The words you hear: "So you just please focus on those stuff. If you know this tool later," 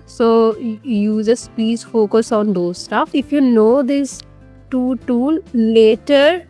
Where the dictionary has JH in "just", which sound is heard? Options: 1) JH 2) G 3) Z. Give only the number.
3